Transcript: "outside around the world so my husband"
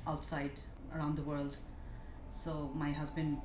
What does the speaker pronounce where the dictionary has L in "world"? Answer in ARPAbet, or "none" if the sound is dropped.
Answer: L